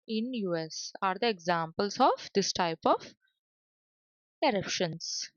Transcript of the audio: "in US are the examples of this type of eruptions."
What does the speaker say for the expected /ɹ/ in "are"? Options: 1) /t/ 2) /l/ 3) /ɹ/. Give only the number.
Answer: 3